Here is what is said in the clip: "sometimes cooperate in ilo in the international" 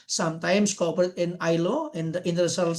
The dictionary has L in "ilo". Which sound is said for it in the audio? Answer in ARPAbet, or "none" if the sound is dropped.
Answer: L